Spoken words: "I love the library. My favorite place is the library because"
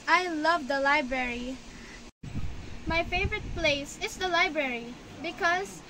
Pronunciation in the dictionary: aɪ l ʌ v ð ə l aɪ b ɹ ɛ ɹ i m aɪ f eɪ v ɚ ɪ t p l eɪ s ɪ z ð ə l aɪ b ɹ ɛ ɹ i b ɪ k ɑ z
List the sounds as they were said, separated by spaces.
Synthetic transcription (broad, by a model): aɪ l ʌ v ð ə l aɪ b ɹ ɛ ɹ i m aɪ f eɪ v ɚ ɪ t p l eɪ s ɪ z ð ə l aɪ b ɹ ɛ ɹ i b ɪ k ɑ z